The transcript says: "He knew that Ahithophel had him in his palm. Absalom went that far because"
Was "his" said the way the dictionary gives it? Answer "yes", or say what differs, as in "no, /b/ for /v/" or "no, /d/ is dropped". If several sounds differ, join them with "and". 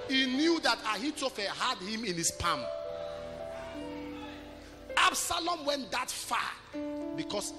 no, /s/ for /z/